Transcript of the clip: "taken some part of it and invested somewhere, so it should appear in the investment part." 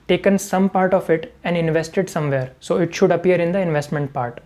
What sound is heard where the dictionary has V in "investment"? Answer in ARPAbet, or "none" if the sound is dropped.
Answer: V